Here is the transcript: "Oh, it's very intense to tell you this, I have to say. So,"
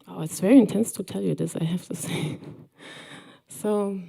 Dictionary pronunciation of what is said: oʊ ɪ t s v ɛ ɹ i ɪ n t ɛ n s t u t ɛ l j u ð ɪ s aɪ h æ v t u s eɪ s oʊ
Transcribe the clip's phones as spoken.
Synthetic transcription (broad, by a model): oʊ ɪ t s v ɛ ɹ i ɪ n t ɛ n s t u t ɛ l j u ð ɪ s aɪ h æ f t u s eɪ s oʊ